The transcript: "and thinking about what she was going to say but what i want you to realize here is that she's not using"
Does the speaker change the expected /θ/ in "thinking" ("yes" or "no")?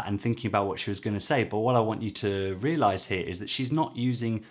no